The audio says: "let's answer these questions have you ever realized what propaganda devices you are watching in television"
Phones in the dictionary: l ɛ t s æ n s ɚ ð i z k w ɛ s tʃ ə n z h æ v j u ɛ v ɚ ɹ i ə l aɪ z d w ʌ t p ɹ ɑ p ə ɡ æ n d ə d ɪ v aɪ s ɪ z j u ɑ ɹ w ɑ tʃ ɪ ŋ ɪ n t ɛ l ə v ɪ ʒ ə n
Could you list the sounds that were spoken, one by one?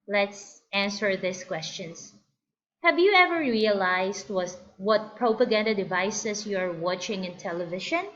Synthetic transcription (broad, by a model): l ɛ t s æ n s ɚ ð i s k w ɛ s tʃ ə n s h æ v j u ɛ v ɚ ɹ i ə l aɪ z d w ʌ t p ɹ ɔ p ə ɡ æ n d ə d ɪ v aɪ s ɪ s j u ɑ ɹ w ɑ tʃ ɪ ŋ ɪ n t ɛ l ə v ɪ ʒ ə n